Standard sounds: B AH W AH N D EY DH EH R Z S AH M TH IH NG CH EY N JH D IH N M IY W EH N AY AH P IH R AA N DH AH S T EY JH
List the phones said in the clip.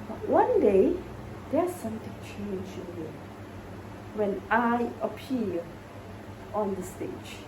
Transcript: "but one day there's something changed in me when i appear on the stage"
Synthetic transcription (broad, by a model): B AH W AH N D EY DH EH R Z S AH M T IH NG CH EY N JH IH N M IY W EH N AY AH P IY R AA N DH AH S T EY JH